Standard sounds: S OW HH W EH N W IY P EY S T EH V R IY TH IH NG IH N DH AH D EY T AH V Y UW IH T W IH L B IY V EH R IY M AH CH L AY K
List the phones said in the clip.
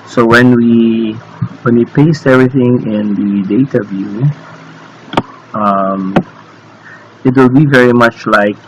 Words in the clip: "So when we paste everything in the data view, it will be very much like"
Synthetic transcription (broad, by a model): S OW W W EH N W IY P EY S T EH V R IY TH IH NG IH N DH AH D EY T AH V Y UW IH T W IH L B IY V EH R IY M AH CH L AY K